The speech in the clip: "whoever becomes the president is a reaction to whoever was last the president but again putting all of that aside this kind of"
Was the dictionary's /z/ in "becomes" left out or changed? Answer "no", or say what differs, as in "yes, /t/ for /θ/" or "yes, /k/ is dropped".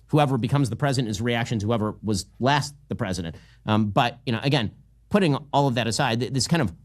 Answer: no